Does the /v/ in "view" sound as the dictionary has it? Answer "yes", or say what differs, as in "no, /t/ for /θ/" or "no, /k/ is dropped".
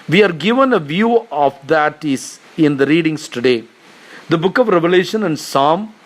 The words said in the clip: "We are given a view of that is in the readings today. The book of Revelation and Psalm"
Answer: yes